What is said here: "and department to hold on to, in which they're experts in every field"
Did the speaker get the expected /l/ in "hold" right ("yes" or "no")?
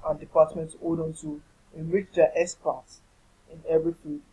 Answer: no